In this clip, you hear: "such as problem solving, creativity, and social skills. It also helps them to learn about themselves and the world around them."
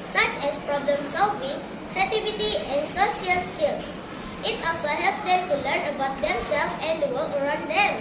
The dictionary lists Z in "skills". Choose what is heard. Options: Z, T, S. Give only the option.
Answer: S